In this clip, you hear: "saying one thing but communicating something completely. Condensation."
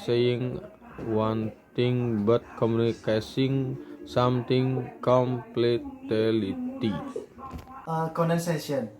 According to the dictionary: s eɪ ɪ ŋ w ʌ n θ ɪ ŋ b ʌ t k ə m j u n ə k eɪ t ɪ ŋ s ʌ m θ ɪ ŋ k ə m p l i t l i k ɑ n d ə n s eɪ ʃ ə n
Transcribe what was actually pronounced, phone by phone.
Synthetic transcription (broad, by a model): s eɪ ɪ ŋ w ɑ n t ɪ ŋ b ʌ t k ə m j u n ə k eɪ s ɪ ŋ s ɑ m t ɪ ŋ k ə m p l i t l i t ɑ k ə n s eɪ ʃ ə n